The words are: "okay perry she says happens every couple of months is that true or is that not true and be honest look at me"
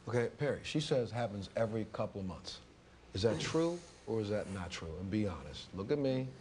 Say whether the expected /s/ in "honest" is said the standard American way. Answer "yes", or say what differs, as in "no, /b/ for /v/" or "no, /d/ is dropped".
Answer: yes